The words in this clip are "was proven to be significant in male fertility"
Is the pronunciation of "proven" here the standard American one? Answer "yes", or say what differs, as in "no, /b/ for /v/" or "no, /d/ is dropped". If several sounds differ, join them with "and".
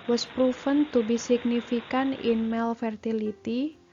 no, /f/ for /v/